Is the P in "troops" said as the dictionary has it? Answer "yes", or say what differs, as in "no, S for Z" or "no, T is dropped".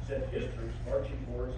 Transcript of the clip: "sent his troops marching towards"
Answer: no, P is dropped